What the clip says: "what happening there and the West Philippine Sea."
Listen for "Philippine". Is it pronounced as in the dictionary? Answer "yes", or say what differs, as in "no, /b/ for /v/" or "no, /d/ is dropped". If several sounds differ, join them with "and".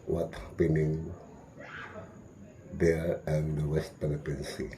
no, /p/ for /f/